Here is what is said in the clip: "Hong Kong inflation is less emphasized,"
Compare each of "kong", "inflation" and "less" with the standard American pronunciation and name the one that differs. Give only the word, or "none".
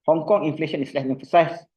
less